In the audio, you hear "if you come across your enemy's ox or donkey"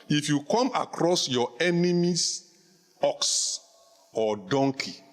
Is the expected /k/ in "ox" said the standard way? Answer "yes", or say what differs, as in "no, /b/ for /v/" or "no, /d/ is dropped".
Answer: yes